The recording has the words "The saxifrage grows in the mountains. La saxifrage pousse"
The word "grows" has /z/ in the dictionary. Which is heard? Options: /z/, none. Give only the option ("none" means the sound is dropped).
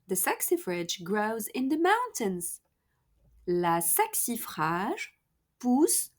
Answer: /z/